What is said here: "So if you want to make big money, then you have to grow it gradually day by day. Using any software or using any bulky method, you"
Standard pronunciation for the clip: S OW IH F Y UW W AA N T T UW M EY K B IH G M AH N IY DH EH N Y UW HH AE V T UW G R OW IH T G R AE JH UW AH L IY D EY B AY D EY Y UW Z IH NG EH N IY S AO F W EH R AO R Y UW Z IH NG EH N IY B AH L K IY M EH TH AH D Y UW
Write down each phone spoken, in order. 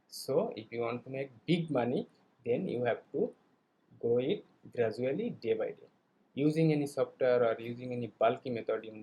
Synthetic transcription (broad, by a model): S OW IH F Y UW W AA N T T UW M EY K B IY G M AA N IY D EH N Y UW HH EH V T UW G OW IH T G R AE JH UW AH L IY D EY B AY D EY Y UW Z IH NG EH N IY S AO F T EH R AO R Y UW Z IH NG EH N IY B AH L K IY M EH T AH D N